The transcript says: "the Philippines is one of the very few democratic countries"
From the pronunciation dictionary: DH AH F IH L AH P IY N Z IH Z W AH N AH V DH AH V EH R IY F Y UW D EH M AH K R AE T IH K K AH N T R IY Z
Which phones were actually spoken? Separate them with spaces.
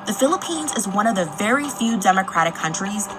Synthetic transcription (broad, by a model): DH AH F IH L AH P IY N Z IH Z W AH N AH V DH AH V EH R IY F Y UW D EH M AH K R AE T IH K K AH N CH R IY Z